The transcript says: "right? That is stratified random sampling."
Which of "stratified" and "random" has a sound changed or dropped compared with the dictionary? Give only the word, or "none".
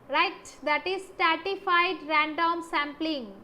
stratified